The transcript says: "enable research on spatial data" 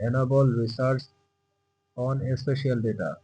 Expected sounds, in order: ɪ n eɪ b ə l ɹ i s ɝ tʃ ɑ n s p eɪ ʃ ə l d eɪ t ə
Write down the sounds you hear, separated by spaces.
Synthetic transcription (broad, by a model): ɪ n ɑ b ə l ɹ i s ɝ s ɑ n s p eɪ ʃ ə l d eɪ t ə